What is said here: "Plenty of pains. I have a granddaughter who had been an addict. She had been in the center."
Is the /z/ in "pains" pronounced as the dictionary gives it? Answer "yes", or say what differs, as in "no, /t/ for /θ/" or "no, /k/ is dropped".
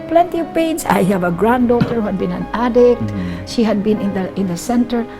no, /s/ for /z/